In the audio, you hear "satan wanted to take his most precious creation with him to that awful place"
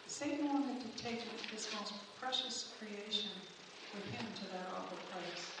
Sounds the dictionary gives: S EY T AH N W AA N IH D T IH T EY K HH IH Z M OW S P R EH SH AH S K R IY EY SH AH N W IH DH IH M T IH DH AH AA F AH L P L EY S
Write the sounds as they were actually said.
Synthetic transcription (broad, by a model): S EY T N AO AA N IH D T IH T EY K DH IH S M OW S P R EH SH AH S K R IY EY SH AH N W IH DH IH M T IH DH AH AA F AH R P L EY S